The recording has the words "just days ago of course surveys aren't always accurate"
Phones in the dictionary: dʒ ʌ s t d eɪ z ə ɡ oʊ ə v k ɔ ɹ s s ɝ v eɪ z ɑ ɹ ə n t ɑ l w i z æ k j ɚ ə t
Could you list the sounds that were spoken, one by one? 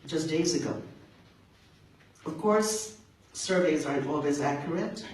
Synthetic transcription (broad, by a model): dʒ ʌ s d eɪ z ə ɡ oʊ ə v k ɔ ɹ s s ɝ v eɪ z ɑ ɹ ə n t ɑ l w i z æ k j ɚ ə t